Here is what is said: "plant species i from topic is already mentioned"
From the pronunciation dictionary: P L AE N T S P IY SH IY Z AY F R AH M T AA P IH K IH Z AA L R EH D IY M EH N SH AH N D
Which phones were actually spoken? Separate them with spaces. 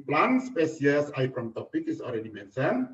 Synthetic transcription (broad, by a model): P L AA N S P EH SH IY S AY P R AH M T AA P IH K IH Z AA L R EH D IY M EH N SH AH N